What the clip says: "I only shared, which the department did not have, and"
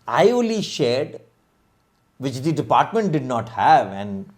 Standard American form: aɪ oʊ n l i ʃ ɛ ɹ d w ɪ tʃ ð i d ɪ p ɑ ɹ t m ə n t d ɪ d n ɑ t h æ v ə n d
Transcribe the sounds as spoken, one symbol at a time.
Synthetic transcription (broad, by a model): aɪ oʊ l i ʃ ɛ ɹ d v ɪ tʃ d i d ɪ p ɑ ɹ t m ə n t d ɪ d n ɑ t h æ v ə n d